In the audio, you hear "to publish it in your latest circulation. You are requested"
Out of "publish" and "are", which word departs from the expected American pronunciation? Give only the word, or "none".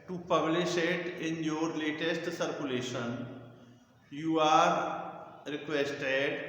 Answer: none